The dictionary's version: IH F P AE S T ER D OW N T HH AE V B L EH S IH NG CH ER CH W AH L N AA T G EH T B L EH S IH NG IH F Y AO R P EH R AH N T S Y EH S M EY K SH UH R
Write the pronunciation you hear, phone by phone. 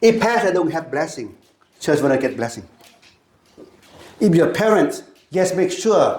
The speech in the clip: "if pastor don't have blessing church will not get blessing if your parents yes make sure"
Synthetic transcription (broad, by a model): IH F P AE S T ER D OW N T HH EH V B L EH S IH NG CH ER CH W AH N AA G EH T B L EH S IH NG IH F Y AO P EH R AH N T S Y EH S M EY K SH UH